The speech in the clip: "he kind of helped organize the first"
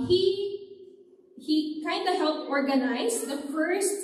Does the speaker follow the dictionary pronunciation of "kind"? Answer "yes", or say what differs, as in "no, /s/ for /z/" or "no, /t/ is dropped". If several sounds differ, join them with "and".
yes